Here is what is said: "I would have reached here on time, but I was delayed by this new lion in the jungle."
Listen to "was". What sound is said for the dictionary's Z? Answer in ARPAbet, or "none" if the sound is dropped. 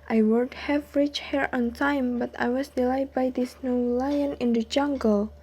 S